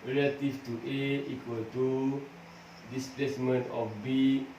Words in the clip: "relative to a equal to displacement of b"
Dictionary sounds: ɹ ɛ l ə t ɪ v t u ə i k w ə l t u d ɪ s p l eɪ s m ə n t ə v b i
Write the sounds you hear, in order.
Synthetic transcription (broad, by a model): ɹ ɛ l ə t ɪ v t u ə i k w ə l t u d ɪ s p l eɪ s m ə n t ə f b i